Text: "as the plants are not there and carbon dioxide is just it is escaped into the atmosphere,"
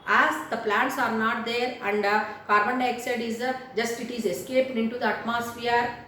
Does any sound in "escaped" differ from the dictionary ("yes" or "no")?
yes